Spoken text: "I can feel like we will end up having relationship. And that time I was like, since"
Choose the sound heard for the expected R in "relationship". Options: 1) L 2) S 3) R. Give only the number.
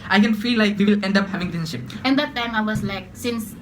1